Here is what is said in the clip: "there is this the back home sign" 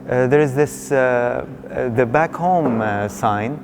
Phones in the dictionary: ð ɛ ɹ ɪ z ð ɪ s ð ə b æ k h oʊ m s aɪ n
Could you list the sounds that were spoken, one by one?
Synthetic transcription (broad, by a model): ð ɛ ɹ ɪ z ð ɪ s ð ə b æ k h oʊ m s aɪ n